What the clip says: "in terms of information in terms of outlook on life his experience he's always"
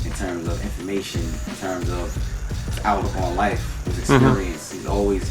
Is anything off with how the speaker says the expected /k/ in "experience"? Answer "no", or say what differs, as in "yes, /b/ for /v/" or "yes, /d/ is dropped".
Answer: no